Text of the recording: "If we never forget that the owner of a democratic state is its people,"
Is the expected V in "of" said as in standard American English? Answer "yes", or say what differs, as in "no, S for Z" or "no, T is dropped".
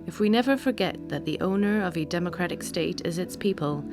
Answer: yes